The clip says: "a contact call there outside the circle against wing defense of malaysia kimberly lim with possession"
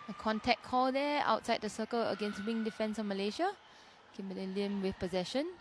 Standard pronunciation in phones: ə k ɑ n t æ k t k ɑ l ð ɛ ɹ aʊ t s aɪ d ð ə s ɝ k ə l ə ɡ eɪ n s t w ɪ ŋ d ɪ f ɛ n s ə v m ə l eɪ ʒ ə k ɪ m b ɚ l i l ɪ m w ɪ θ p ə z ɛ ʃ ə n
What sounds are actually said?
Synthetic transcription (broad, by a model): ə k ɑ n t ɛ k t k ɑ l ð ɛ aʊ t s aɪ d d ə s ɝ k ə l ə ɡ eɪ n s t w ɪ ŋ d ɪ f ɛ n s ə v m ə l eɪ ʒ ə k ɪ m ɚ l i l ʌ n w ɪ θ p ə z ɛ ʃ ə n